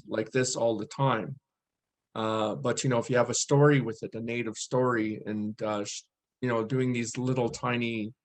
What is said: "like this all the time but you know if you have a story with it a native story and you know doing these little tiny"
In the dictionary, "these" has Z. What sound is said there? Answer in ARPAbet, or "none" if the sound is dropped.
Z